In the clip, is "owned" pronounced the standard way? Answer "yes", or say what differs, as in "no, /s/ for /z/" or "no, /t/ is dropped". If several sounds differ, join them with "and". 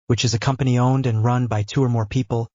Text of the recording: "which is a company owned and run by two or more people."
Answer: yes